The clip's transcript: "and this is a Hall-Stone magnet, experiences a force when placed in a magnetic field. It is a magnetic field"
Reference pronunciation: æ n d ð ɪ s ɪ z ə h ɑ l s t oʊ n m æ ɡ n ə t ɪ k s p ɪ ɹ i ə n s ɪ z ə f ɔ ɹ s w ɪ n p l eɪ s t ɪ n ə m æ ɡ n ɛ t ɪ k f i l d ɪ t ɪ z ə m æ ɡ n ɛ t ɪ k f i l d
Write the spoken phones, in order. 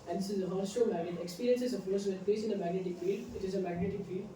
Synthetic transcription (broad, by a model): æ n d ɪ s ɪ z ə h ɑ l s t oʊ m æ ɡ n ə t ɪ k s p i ɹ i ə n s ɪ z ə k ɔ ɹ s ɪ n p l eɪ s ɪ n ə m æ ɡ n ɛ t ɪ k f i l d ɪ t ɪ z ə m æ ɡ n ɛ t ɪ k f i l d